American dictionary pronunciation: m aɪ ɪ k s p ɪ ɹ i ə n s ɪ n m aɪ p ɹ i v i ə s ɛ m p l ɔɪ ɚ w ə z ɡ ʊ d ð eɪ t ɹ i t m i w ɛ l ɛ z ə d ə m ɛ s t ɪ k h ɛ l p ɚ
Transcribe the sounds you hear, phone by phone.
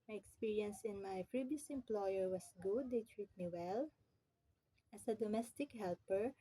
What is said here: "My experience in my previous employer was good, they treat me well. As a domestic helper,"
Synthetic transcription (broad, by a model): m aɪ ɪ k s p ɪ ɹ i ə n s ɪ n m aɪ f ɹ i b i s ɛ m p l ɔɪ ɚ w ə s ɡ ʊ d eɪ t ɹ i t m i w ɛ l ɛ s ə d ə m ɛ s t ɪ k h ɛ l p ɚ